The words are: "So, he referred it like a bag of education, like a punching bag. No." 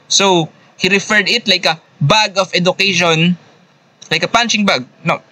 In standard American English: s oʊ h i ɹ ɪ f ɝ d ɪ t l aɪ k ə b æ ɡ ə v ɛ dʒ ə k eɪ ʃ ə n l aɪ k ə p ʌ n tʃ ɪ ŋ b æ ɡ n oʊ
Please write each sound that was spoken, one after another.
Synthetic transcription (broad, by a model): s oʊ h i ɹ ɪ f ɝ d ɪ t l aɪ k ə b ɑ ɡ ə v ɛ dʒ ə k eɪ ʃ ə n l aɪ k ə p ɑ n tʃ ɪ ŋ b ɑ ɡ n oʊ